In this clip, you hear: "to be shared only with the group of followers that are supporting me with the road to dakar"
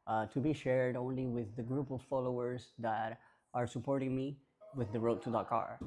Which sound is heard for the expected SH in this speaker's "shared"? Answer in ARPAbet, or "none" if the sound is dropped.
SH